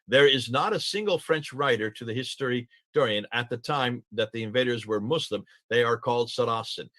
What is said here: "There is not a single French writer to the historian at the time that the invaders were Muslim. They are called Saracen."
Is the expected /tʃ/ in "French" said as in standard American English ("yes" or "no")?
yes